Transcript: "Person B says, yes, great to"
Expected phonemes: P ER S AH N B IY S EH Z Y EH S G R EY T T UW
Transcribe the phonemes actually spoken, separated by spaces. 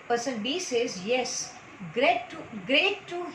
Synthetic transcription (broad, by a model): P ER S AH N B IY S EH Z Y EH S G R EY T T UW